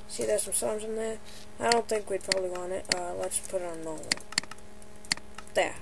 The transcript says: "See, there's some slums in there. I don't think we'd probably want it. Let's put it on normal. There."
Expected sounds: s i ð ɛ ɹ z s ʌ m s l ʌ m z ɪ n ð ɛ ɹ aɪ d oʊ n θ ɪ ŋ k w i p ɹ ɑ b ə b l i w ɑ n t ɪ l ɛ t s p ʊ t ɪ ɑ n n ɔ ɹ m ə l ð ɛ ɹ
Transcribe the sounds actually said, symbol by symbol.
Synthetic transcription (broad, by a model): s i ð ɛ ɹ s ʌ m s ʌ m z ɪ n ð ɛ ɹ aɪ d oʊ n θ ɪ ŋ k w i p ɹ ɑ b ə b l i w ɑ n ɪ ɪ l ɛ t s p ʊ t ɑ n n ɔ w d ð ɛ